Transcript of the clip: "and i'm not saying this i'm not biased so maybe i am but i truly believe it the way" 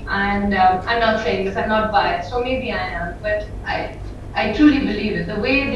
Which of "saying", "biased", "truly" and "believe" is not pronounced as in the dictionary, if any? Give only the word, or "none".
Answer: biased